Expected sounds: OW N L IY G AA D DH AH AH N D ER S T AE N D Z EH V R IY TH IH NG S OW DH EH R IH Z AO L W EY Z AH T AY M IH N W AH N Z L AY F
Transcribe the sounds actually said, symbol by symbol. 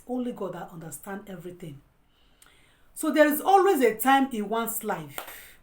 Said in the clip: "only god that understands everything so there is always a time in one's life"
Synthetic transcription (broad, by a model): OW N L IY G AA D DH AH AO N D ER S T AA N D EH V R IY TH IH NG S OW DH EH R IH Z AO L W EY Z AH T AY M IH N W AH N S L AY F